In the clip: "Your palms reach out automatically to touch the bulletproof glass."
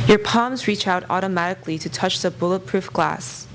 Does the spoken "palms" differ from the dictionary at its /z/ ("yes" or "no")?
no